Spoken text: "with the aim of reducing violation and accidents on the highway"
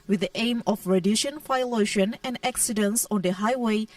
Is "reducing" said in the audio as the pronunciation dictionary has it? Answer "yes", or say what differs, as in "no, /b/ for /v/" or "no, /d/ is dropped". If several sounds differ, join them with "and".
no, /ʃ/ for /s/